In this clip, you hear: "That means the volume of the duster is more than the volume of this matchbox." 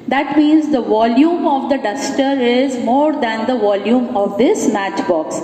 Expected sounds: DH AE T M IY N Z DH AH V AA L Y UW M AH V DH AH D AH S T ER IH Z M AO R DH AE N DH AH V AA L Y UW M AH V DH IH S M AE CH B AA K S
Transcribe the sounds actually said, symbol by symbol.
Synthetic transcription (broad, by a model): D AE T M IY N Z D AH V AA L Y UW M AH V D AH D AH S T ER IH Z M AO R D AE N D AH V AA L Y UW M AH V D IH S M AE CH B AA K S